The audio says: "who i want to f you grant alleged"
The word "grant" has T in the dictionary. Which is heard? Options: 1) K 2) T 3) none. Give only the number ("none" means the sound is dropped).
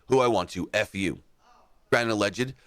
3